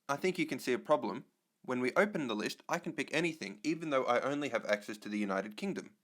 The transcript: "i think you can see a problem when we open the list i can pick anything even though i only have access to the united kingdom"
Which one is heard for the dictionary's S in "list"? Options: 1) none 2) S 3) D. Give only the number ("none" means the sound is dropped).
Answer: 2